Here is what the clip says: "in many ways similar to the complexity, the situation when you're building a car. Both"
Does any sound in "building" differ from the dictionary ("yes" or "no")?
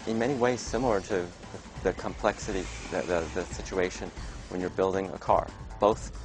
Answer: no